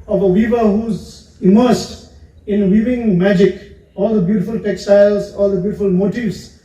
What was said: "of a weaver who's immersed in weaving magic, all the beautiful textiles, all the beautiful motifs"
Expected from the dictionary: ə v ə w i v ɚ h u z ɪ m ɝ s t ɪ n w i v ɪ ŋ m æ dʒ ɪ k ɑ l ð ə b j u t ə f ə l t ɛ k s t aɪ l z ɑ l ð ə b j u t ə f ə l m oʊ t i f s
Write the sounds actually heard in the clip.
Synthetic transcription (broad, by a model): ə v ə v i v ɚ h u z ɪ m ɝ s t ɪ n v i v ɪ ŋ m æ dʒ ɪ k ɑ l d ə b j u t ə f ə l t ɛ k s t aɪ l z ɑ l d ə b j u t ə f ə l m oʊ t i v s